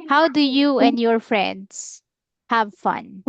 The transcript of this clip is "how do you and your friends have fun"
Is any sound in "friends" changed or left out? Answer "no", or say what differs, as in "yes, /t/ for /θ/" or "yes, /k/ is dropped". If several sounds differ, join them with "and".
yes, /s/ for /z/